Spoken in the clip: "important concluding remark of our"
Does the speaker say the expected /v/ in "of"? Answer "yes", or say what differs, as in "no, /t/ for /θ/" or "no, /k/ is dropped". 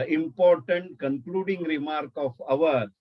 yes